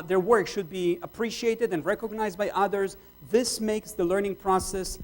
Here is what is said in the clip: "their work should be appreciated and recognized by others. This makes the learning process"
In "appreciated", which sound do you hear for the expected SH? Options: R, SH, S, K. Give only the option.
SH